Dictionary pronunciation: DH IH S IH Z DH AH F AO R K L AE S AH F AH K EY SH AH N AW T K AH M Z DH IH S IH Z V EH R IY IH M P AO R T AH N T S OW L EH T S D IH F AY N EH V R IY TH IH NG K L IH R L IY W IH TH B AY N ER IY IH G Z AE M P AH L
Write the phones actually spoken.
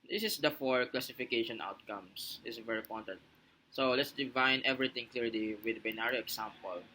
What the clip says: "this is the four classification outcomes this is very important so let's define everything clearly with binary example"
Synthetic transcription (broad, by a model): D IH S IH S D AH F AO R K L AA S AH F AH K EY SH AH N AW T K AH M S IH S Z V EH R IY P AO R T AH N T S OW L EH T S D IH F AY N EH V R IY T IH NG K L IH R L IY W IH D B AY N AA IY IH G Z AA M P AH L